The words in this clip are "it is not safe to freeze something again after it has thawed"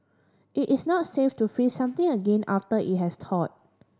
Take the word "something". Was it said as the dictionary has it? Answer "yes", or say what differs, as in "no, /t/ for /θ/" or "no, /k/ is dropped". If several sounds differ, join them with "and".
no, /t/ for /θ/